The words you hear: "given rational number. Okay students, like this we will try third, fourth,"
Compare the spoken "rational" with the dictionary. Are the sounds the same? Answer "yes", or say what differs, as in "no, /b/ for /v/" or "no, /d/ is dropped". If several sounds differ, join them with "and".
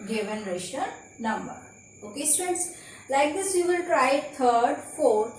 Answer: no, /n/ is dropped